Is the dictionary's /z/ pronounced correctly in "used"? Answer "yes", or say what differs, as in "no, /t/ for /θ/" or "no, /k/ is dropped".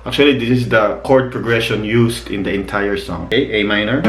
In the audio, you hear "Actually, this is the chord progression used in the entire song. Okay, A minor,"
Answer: no, /s/ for /z/